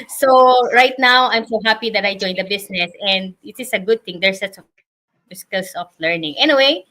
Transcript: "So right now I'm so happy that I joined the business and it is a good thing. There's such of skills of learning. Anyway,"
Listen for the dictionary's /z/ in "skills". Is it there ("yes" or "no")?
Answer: no